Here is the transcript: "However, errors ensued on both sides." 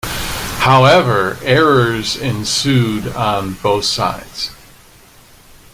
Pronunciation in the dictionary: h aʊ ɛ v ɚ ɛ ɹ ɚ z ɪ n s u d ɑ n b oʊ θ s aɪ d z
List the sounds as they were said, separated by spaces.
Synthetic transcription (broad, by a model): h aʊ ɛ v ɚ ɛ ɹ ɚ z ɪ n s u d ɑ n b oʊ θ s aɪ d z